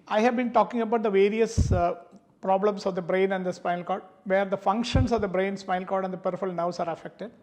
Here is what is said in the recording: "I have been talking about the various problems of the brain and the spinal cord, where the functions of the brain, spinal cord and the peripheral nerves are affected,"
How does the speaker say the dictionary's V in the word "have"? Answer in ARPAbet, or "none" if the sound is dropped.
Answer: V